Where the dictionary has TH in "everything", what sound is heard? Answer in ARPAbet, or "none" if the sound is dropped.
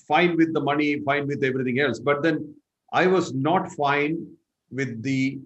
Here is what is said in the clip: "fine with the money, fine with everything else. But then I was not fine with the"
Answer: T